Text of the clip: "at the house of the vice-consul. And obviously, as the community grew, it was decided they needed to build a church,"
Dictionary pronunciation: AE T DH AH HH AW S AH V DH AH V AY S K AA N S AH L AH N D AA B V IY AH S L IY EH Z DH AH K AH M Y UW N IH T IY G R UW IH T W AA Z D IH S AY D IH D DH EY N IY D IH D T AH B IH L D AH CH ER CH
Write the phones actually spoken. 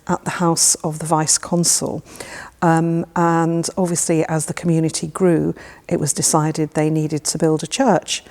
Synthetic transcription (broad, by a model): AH T DH AH HH AW S AH V DH AH V AY S K AA N S AH L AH N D AA B V IY AH S L IY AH Z DH AH K AH M Y UW N IH T IY G R UW IH T W AA Z D IH S AY D IH D DH EY N IY D IH D T AH B IH L D AH CH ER CH